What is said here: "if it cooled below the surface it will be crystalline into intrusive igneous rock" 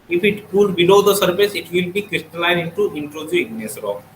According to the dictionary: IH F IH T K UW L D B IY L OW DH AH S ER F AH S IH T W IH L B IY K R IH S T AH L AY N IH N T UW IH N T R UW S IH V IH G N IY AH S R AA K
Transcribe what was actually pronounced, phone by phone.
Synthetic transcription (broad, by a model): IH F IH T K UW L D B IY L OW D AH S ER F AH S IH T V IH L B IY K R IH S T AH L AY N IH N T UW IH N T R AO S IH IH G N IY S R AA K